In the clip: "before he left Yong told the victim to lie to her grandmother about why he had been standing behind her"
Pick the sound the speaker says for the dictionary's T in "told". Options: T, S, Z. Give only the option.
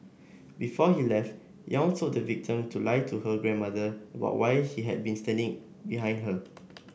S